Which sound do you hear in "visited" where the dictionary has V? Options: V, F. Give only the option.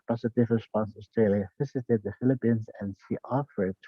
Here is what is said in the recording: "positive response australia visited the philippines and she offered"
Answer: F